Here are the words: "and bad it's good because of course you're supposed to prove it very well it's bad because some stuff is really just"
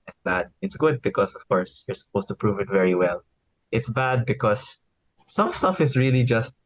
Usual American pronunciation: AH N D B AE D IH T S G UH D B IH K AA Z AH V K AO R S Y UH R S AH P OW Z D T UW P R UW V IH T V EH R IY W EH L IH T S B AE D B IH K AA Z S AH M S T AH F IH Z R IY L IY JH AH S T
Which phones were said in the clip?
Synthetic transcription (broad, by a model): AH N B AE D IH T S G UH D B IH K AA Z AH V K AO R S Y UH R S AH P OW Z T UW P R UW V IH T V EH R IY W EH L IH T S B AE D B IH K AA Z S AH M S T AH F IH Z R IY L IY JH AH S T